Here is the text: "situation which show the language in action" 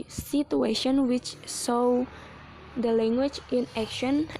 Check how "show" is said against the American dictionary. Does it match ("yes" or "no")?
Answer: no